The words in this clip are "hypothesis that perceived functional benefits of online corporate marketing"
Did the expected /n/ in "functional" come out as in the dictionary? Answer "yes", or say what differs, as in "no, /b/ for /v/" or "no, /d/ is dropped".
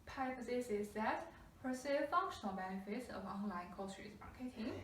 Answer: yes